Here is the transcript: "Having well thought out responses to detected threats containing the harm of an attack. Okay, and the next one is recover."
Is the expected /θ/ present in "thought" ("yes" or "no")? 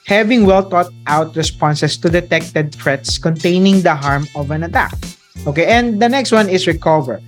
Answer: no